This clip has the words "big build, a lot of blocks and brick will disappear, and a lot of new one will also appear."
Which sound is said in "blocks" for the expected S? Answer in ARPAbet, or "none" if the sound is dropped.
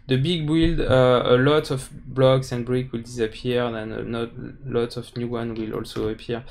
S